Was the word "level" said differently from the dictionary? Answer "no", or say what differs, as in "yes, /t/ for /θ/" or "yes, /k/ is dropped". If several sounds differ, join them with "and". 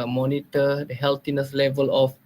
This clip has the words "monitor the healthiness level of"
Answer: no